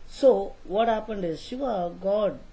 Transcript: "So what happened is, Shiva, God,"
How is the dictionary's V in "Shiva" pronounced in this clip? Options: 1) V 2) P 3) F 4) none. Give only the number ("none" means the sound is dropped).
4